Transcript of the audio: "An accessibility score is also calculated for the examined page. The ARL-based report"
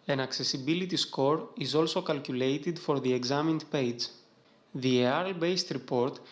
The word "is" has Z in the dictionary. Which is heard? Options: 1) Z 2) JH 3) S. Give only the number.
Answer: 1